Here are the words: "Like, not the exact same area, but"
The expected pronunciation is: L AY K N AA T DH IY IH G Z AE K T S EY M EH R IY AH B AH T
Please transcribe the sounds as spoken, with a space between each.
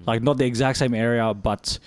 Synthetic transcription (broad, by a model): L AY K N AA T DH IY IH G Z AE K T S EY M EH R IY AH B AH T